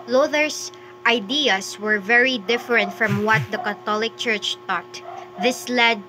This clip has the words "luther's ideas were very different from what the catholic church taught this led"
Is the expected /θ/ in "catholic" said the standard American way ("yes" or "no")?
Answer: no